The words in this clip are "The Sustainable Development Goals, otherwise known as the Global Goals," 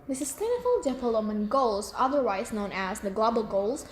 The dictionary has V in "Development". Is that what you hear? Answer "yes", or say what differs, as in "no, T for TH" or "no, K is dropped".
no, P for V